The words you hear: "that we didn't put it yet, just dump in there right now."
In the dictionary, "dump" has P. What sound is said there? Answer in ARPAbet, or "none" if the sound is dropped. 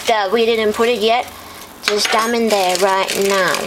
none